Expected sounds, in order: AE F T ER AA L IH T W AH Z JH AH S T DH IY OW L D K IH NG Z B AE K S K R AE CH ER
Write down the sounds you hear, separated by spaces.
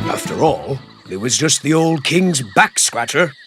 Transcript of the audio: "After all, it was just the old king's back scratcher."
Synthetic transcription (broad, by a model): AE F T ER AA L IH T W AH Z JH AH S T DH IY OW L D K IH NG Z B AE K S K R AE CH ER